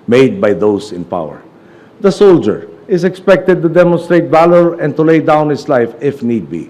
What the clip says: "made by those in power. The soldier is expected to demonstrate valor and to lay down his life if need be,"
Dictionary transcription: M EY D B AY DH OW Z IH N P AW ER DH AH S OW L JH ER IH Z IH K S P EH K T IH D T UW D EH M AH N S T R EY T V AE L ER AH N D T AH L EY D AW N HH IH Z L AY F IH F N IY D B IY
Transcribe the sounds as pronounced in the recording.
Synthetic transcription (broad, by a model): M EY D B AY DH OW S IH N P AW ER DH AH S OW L JH ER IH S IH K S P EH K T IH D T UW D EH M AH N S T R EY T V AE L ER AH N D T AH L EY D AW N HH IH S L AY F IH F N IY D B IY